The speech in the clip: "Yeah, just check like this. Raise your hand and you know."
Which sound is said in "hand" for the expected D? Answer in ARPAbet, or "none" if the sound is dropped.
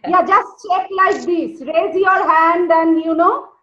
D